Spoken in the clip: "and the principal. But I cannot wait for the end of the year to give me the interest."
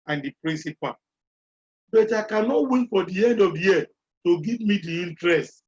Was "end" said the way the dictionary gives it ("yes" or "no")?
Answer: yes